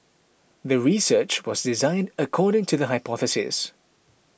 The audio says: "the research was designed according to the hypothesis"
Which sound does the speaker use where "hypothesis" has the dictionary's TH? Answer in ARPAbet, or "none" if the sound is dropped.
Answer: TH